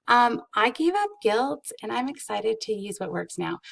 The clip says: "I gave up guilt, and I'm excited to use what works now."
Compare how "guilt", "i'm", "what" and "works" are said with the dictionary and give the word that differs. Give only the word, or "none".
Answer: none